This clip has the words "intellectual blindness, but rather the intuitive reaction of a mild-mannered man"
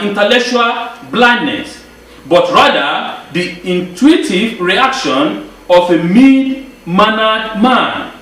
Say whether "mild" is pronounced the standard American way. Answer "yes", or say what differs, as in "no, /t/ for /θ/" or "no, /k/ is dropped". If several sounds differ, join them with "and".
no, /l/ is dropped